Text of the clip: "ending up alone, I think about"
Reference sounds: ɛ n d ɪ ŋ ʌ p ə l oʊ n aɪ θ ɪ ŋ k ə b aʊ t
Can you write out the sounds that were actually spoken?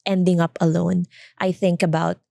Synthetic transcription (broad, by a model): ɛ n d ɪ ŋ ʌ p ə l oʊ n aɪ θ ɪ ŋ k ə b aʊ t